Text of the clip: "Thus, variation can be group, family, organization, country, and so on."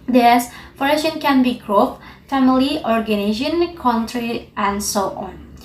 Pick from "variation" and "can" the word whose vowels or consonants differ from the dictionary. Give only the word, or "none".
variation